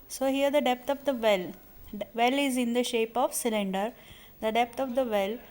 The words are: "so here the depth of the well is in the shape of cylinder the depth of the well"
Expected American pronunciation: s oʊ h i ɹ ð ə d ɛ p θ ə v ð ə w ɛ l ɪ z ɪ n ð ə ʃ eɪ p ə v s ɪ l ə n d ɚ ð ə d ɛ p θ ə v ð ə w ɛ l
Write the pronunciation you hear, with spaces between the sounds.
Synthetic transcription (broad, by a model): s oʊ h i ɹ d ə d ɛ p t ə v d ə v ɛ l ɪ z ɪ n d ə ʃ eɪ p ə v s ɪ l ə n d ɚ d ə d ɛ p t ə v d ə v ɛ l